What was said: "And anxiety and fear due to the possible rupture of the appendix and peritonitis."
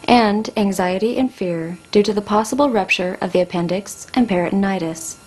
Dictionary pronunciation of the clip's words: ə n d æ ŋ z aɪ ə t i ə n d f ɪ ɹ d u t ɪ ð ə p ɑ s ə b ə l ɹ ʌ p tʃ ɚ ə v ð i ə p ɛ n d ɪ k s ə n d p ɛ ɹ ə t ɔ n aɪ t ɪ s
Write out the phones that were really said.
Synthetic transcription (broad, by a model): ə n d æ ŋ z aɪ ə t i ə n f ɪ ɹ d u t ɪ ð ə p ɑ s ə b l ɹ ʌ p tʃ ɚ ə v ð i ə p ɛ n d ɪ k s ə n p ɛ ɹ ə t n aɪ t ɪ s